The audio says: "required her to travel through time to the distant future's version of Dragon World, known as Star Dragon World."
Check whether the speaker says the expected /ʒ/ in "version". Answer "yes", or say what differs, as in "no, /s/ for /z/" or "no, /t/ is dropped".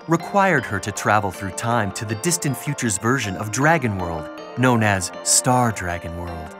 yes